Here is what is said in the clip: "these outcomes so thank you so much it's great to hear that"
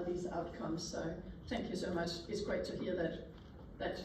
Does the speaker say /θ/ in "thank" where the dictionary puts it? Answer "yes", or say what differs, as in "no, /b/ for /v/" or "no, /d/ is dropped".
yes